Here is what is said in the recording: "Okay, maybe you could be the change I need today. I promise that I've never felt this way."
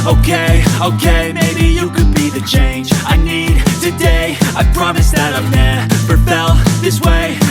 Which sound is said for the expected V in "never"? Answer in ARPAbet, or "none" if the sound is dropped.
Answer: P